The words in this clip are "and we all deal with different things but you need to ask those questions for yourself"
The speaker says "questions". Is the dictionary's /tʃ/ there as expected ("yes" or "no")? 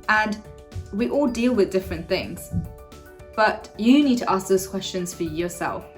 yes